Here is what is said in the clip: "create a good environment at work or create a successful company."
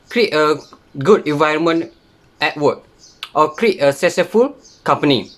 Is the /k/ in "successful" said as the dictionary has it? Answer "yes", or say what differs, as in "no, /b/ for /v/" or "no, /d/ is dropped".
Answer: no, /k/ is dropped